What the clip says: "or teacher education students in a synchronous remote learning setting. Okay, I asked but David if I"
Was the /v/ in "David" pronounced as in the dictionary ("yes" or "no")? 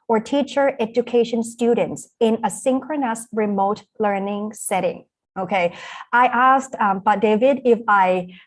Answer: yes